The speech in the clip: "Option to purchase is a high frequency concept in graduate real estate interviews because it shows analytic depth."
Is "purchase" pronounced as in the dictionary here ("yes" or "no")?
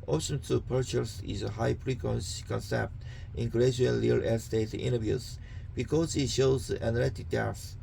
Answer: yes